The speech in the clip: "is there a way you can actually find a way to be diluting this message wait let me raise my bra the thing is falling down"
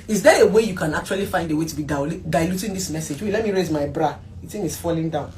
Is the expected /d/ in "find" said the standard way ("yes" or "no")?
yes